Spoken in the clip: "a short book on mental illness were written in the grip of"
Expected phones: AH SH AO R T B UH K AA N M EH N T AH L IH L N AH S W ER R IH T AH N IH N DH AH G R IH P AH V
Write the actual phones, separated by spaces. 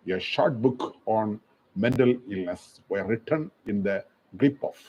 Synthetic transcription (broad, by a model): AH SH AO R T B UH K AA N M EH N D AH L IH L N AH S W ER R IH T AH N IH N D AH G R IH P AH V